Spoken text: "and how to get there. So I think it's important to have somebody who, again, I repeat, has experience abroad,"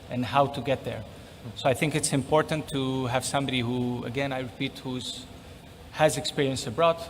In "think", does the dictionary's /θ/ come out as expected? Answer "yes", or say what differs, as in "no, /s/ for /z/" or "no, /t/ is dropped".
yes